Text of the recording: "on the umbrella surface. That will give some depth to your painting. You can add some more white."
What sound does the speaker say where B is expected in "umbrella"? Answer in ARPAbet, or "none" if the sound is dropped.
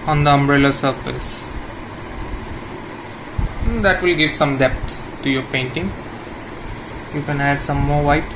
B